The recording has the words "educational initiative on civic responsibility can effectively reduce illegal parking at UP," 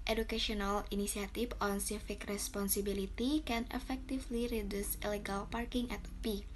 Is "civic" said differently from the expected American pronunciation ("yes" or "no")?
yes